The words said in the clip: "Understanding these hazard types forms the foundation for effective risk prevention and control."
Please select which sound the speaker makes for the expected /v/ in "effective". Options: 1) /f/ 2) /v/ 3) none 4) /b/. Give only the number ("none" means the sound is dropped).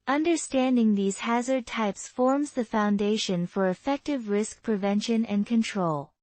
2